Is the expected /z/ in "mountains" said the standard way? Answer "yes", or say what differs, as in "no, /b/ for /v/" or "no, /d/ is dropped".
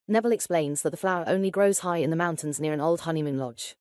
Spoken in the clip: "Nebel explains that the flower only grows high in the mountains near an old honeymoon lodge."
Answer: yes